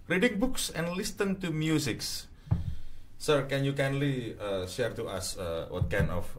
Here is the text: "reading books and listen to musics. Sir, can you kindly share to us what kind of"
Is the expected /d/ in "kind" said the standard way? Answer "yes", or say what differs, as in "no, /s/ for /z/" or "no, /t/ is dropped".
no, /d/ is dropped